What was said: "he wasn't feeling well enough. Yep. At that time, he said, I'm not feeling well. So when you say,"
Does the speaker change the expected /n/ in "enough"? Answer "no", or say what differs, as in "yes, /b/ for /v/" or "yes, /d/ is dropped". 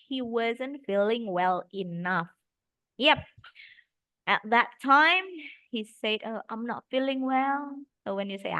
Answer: no